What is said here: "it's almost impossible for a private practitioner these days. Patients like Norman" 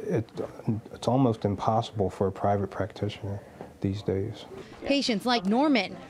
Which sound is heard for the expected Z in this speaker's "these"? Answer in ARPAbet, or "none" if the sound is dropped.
Z